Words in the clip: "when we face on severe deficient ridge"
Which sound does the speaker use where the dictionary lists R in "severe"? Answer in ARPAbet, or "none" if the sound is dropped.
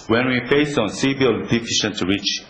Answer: L